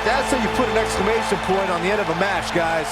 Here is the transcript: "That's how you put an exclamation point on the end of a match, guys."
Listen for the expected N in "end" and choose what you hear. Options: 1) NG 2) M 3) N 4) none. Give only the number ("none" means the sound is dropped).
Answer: 4